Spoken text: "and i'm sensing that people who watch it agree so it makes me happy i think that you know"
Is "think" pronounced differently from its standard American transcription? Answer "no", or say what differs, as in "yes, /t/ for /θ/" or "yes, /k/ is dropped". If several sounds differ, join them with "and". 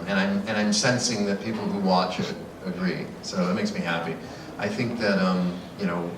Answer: no